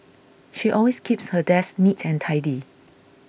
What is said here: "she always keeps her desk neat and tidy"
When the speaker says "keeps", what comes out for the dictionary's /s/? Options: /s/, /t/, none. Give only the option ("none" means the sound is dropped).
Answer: /s/